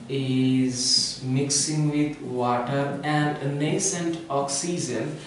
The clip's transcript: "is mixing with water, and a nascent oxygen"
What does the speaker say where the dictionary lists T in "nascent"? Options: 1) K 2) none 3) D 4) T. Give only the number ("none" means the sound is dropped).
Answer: 4